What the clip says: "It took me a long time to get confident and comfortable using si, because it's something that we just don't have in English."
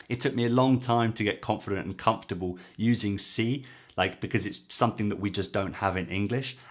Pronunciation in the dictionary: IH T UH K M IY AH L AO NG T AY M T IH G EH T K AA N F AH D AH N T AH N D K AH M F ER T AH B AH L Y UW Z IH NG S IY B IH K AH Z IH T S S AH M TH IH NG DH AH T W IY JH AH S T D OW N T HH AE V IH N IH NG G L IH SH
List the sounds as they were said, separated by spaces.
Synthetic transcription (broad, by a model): IH T UH K M IY AH L AO NG T AY M T IH G EH T K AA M F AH D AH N T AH N K AH M F T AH B AH L Y UW Z IH NG S IY B IH K AH Z IH T S S AH M TH IH NG DH AH T W IY JH AH S D OW N T HH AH V IH N IH NG G L IH SH